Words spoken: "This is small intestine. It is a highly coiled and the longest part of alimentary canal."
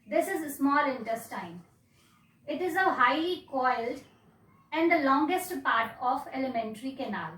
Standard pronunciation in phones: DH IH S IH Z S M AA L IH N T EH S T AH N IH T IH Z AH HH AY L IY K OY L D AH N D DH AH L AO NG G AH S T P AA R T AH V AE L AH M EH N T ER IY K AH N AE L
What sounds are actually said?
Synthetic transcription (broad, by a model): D IH S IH Z S M AA L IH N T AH S T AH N IH T IH Z AH HH AY L IY K OY L D AH N D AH L AO NG G AH S T P AA R T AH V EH L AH M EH N T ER IY K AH N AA L